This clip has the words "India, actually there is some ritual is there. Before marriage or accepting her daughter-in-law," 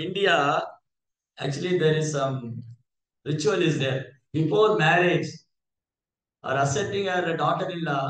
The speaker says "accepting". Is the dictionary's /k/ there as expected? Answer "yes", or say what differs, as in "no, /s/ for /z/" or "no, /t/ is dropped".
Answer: no, /k/ is dropped